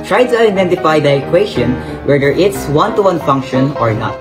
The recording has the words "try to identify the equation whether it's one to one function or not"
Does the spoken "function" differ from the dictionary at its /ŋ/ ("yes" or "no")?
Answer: no